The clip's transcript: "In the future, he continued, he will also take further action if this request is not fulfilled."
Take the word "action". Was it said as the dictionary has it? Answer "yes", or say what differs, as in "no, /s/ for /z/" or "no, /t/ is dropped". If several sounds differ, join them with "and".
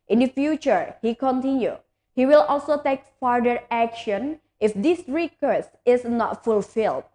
yes